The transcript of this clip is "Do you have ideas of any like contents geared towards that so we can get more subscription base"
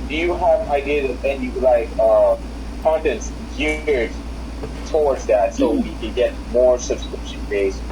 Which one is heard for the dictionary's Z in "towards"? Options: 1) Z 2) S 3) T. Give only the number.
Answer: 1